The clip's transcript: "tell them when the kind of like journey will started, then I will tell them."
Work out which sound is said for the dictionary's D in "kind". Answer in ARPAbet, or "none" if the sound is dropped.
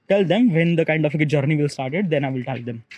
D